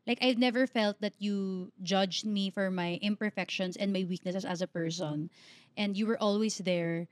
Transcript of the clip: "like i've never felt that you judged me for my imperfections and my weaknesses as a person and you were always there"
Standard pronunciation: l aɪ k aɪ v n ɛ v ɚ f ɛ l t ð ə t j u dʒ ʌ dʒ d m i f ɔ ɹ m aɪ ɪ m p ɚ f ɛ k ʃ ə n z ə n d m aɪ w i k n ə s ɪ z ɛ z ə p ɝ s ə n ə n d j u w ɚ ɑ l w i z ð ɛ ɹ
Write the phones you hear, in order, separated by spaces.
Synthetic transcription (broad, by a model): l aɪ k aɪ v n ɛ v ɚ f ɛ l t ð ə t j u dʒ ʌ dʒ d m i f ɔ ɹ m aɪ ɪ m p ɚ f ɛ k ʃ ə n s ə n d m aɪ w i k n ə s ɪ s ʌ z ə p ɝ s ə n ə n d j u w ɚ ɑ l w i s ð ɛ ɹ